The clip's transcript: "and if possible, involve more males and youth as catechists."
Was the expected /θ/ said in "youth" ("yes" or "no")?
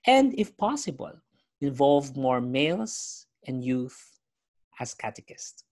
yes